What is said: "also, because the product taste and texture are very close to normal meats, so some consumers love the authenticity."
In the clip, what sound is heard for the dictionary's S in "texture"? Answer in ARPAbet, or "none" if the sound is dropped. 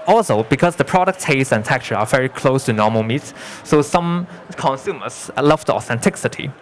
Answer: none